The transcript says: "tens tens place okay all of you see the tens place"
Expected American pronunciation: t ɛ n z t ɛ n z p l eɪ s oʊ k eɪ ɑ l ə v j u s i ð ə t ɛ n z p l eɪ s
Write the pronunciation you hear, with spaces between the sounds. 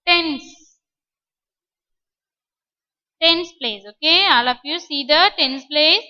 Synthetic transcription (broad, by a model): t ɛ n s t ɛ n s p l eɪ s oʊ k eɪ ɑ l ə p j u s i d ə t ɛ n s p l eɪ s